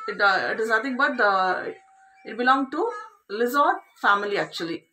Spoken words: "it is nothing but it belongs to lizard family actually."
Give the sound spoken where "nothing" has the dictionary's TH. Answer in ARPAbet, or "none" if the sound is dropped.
T